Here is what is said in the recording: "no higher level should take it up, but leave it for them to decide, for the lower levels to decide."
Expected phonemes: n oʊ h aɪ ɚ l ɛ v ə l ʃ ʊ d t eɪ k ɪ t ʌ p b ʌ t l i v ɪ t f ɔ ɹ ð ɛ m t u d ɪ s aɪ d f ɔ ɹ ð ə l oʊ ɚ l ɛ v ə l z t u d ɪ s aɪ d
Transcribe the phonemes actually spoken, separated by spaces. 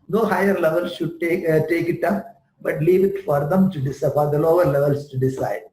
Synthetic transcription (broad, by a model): n oʊ h aɪ ɚ l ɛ v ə l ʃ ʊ d t eɪ k ɪ t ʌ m b ʌ t l i v ɪ t f ɔ ɹ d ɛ m t u d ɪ s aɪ f ɔ ɹ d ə l oʊ ɚ l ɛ v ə l s t u d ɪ s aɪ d